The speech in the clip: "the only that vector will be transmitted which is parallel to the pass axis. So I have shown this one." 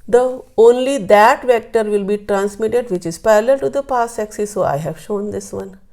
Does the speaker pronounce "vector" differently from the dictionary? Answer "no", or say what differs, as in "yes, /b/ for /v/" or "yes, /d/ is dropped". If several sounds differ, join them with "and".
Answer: no